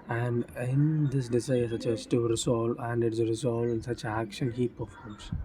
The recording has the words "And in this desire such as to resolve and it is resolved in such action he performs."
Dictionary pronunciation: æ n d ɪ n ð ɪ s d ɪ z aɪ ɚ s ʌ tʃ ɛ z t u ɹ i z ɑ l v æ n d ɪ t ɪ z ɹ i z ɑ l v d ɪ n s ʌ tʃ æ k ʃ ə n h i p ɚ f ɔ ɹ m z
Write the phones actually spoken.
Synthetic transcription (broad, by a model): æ n d ɪ n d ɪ s d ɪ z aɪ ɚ s ʌ tʃ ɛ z t u ɹ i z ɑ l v æ n d ɪ t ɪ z ɹ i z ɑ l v ɪ n s ʌ tʃ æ k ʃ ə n h i p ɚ f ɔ ɹ m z